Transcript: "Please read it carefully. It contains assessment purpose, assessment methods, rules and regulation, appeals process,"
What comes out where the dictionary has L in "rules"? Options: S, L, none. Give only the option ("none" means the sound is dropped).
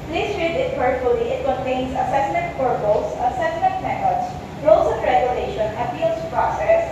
none